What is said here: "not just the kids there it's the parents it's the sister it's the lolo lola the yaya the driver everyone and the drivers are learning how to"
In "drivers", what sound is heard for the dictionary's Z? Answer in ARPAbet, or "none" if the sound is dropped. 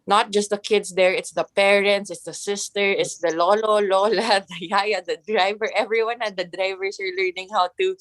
S